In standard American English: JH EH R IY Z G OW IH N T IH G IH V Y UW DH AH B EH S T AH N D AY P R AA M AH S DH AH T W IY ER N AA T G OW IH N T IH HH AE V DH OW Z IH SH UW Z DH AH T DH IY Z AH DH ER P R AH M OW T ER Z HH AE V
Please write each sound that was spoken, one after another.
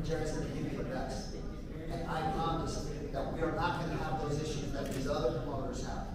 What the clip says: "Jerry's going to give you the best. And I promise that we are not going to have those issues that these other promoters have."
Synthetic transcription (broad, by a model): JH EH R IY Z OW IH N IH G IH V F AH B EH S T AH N AY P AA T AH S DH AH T W IY ER N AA T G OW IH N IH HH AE V DH OW Z IH SH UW Z DH AH T DH IY Z AH DH ER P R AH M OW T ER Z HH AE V